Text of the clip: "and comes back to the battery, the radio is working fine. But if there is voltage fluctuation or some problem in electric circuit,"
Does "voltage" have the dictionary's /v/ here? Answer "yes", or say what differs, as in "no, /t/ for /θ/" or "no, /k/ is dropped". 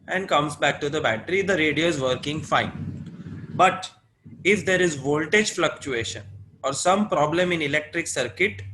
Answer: yes